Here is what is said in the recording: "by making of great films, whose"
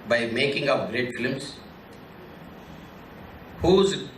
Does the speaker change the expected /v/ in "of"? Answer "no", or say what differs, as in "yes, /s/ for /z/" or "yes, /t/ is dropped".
yes, /p/ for /v/